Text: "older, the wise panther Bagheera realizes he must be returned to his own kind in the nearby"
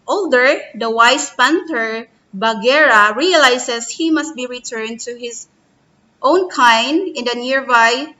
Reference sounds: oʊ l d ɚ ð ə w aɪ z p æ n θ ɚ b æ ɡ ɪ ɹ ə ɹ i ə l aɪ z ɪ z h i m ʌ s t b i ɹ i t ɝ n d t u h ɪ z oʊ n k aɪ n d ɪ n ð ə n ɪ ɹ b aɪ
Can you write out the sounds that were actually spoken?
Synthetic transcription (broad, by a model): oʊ l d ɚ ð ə w aɪ s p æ n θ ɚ b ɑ ɡ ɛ ɹ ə ɹ i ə l aɪ s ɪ s h i m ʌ s t b i ɹ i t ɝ n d t u h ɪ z oʊ n k aɪ n d ɪ n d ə n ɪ ɹ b aɪ